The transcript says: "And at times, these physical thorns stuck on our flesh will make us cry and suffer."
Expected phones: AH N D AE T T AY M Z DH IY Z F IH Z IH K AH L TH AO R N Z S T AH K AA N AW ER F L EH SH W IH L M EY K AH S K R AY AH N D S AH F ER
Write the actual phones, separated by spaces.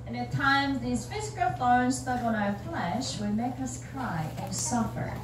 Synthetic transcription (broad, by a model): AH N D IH T T AY M Z DH IY Z F IH Z IH K AH L F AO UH N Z S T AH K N AW ER F L EH SH W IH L M EY K AH S K R AY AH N S AH F ER